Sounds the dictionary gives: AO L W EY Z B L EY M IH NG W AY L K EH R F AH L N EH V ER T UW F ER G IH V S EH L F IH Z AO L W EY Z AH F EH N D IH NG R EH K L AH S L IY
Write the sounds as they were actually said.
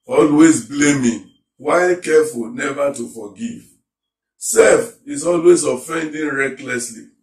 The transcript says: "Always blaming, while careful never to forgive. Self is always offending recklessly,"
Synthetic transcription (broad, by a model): AO L W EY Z B L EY M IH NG W AY K EH F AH L N EH V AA T UW F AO G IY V S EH F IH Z AO L W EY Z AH F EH N D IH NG R EH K L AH S L IY